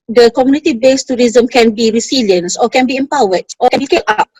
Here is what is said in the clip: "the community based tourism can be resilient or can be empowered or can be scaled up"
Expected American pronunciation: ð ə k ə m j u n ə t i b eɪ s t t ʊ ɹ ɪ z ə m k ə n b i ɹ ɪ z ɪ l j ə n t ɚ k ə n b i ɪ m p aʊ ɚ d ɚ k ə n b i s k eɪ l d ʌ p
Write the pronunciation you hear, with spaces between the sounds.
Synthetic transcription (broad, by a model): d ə k ə m j u n ə t i b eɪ s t t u ɹ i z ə m k ə n b i ɹ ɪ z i l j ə n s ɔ k ə n b i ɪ m p aʊ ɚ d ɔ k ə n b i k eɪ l ɑ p